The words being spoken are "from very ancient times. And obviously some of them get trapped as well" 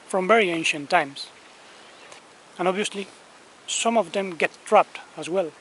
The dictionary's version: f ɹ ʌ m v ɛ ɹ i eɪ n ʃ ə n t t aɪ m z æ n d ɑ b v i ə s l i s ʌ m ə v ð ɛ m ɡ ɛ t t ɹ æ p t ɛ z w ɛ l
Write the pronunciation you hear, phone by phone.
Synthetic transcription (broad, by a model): f ɹ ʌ m v ɛ ɹ i eɪ n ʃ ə n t t aɪ m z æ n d ɑ b v i ə s l i s ʌ m ə v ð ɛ m ɡ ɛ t t ɹ æ p t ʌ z w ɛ l